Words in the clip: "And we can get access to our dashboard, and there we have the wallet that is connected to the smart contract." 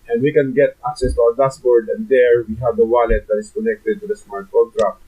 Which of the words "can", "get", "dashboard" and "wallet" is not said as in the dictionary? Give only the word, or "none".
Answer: dashboard